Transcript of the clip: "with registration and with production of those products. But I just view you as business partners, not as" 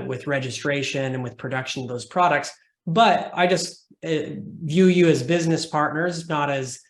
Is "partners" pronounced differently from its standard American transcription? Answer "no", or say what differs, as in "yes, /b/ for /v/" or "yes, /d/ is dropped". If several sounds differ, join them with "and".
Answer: no